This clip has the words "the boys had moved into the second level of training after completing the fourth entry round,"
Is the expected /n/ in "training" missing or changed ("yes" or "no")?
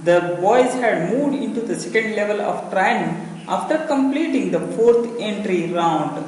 yes